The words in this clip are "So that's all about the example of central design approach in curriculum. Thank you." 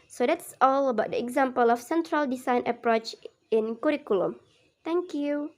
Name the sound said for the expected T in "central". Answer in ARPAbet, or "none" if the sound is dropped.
T